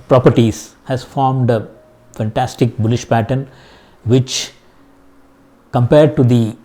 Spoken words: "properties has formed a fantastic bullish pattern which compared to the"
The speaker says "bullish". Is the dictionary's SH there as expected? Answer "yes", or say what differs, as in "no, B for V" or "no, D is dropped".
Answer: yes